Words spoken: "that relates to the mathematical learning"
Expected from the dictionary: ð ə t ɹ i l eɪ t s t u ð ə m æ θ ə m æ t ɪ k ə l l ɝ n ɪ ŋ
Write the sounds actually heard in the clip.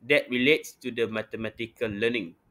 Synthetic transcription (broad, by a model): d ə t ɹ i l eɪ t s t u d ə m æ t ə m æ t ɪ k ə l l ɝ n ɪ ŋ